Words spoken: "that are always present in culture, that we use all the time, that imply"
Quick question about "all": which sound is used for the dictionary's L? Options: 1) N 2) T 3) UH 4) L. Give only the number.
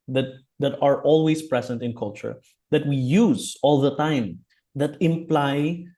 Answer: 4